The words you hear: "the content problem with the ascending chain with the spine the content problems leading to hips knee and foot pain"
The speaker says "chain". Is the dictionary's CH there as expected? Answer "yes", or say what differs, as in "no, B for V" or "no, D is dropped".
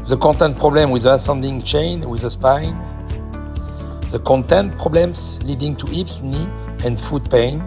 yes